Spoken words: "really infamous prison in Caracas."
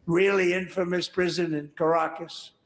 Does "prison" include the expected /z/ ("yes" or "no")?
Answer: yes